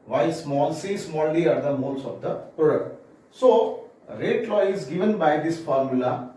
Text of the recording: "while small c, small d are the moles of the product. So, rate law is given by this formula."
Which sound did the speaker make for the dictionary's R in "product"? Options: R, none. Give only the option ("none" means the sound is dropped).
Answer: none